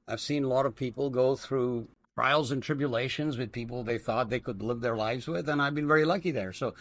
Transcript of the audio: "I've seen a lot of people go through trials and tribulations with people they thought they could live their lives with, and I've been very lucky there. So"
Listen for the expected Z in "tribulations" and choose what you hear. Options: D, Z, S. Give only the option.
Z